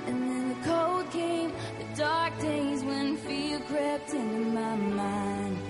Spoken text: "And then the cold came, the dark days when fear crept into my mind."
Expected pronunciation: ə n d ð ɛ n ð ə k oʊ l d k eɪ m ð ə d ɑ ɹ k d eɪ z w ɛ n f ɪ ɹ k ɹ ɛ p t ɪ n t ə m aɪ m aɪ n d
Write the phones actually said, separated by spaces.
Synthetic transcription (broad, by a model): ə n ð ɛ n ð ə k oʊ l d k eɪ m ð ə d ɑ ɹ k d eɪ z w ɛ n f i l k ɹ ɛ p t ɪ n m aɪ m aɪ n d